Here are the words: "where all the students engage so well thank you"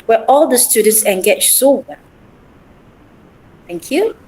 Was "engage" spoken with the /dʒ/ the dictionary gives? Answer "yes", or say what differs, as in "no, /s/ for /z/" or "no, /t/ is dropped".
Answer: no, /tʃ/ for /dʒ/